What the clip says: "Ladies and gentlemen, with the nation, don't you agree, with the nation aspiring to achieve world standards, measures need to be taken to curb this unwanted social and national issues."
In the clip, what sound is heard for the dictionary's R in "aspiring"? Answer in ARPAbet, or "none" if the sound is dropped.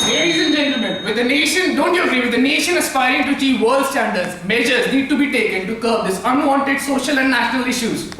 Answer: none